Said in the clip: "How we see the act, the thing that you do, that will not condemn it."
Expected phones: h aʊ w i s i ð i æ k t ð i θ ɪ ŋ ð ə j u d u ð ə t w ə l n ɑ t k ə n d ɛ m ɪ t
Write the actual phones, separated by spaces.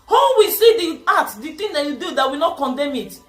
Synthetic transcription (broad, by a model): h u w i s i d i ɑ t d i t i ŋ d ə j u d u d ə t w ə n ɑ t k ə n d ɛ m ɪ t